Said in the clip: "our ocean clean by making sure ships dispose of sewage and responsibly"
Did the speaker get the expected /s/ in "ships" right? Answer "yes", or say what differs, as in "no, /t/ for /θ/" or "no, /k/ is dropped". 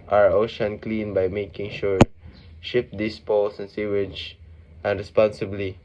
no, /s/ is dropped